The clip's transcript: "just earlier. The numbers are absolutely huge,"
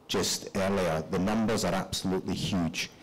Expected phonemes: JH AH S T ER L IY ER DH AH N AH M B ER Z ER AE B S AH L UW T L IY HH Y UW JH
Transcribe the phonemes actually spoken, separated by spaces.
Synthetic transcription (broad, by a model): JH AH S T ER L IY ER DH AH N AH M B ER Z ER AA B S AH L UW T L IY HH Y UW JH